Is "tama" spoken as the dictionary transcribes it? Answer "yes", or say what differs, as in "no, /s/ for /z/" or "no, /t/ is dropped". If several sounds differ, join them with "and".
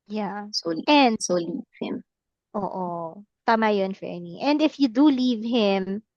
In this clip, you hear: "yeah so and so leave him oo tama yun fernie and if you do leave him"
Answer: yes